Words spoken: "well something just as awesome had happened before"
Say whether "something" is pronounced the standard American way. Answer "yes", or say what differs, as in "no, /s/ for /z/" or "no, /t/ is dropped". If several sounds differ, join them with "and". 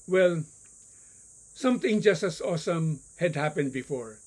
no, /t/ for /θ/